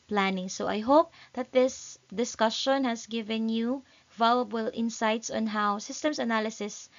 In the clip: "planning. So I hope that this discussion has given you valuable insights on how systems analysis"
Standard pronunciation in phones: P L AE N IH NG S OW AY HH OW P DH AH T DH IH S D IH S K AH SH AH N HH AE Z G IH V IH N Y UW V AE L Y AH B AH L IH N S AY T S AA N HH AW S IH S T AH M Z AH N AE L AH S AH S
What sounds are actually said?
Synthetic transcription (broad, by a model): P L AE N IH NG S OW AY HH OW P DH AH T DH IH S D IH S K AH SH AH N HH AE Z G IH V IH N Y UW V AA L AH B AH L IH N S AY T S AA N HH AW S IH S T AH M S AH N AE L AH S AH S